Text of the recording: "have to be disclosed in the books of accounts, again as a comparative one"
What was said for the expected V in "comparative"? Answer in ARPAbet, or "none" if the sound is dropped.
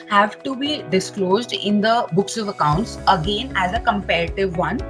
V